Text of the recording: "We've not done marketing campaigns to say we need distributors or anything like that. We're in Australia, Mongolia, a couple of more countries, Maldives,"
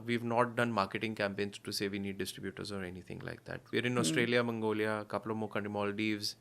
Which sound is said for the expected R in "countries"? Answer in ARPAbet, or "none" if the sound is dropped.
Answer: none